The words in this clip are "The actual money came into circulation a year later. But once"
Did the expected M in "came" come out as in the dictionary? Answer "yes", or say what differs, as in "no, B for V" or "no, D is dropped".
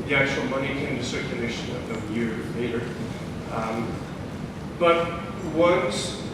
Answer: no, M is dropped